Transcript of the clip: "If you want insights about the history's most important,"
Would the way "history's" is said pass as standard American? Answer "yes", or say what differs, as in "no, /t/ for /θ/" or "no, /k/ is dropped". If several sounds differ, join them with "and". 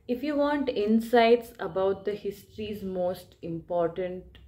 yes